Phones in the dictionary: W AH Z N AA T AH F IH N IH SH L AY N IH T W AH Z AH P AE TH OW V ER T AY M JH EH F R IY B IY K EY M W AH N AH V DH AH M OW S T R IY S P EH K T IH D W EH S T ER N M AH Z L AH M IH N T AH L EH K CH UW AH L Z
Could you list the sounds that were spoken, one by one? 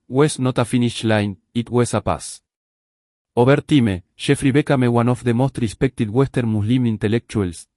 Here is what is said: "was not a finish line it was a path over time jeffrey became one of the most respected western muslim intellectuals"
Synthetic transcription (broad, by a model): W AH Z N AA T AH F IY N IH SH L AY N IH T W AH S AH P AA S OW B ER T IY M SH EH F R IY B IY K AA M W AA N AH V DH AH M OW S T R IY S P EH K T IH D W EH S T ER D M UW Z L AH M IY N T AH L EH K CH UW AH L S